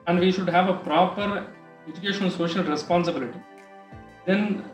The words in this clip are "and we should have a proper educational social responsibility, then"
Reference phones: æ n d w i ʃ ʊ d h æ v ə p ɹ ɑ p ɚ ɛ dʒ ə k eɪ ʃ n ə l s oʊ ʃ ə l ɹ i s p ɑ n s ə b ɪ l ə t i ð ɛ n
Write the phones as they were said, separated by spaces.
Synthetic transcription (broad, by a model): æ n d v i ʃ ʊ d h æ v ə p ɹ ɑ p ɚ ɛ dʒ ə k eɪ ʃ ə n s oʊ ʃ ə l ɹ i s p ɑ n s ə b ɪ l ə t i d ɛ n